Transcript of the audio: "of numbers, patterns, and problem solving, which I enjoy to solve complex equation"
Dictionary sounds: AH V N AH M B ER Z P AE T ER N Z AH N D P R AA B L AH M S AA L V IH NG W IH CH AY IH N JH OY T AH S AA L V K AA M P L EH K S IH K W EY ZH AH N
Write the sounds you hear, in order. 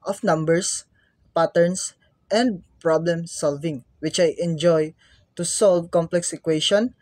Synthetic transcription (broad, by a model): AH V N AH M B ER S P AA T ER N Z AH N D P R AA B L AH M S AA L V IH NG W IH CH AY IH N JH OY T AH S AA L V K AA M P L EH K S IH K W EY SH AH N